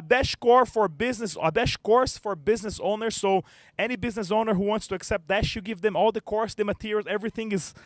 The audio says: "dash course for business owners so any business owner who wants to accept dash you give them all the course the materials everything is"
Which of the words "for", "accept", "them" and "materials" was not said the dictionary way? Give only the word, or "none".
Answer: materials